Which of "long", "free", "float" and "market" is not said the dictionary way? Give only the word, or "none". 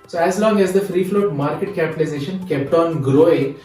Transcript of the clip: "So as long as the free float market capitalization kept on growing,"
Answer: none